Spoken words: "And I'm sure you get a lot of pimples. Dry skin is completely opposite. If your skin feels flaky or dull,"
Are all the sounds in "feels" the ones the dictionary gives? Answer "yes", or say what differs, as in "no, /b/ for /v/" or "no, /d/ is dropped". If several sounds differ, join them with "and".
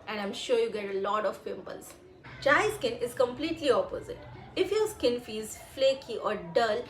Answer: no, /l/ is dropped